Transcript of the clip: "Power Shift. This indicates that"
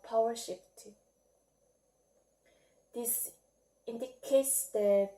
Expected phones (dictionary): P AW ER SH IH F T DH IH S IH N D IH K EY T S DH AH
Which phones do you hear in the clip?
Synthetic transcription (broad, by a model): P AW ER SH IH P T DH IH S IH N D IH K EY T S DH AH